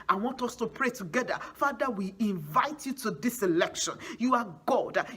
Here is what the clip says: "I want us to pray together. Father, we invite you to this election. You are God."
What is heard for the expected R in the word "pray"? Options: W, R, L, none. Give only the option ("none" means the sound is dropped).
R